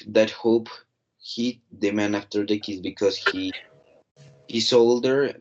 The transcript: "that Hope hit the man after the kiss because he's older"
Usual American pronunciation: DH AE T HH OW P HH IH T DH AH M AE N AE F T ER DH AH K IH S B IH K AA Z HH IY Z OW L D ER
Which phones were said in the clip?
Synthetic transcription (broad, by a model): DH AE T HH OW P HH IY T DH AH M AE N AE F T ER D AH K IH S B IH K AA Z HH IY S OW L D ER